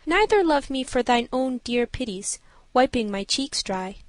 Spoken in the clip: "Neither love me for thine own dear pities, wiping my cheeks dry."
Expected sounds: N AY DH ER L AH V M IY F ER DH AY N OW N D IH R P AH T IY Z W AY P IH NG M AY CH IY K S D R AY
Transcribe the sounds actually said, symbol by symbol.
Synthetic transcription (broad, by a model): N AY DH ER L AH V M IY F ER DH AY N OW N D IH R P AH T IY Z W AY P IH NG M AY CH IY K S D R AY